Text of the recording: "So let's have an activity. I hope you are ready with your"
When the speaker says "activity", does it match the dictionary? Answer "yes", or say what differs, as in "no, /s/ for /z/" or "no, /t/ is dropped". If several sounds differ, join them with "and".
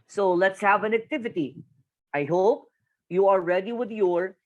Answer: yes